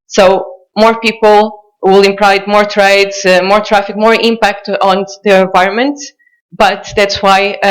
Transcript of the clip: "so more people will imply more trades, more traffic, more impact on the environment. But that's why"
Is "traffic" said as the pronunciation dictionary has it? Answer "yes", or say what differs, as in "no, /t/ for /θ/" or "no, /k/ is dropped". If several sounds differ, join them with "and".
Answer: yes